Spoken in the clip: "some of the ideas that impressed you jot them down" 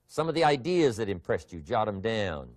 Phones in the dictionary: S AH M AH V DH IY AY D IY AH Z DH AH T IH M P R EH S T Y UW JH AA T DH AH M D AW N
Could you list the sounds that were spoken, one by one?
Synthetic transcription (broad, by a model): S AH M AH V DH IY AY D IY AH Z DH AH T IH M P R EH S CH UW JH AA T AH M D AW N